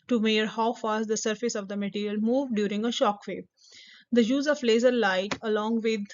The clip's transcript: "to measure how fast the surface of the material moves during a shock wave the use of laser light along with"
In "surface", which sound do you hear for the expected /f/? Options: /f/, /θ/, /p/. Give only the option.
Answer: /f/